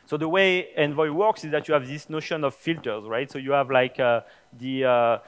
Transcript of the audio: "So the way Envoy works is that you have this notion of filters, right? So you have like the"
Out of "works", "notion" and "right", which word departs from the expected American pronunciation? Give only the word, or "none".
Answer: none